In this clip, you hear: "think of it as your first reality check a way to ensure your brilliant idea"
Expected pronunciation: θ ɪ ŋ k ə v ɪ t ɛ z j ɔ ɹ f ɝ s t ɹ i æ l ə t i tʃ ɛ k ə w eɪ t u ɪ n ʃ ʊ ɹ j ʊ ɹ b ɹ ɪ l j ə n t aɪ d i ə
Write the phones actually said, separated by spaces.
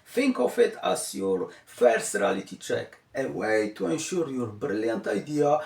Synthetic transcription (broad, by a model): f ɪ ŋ k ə f ɪ t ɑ s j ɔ l f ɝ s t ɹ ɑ l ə t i tʃ ɛ k ə w eɪ t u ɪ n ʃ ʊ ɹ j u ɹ b ɹ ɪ l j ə n t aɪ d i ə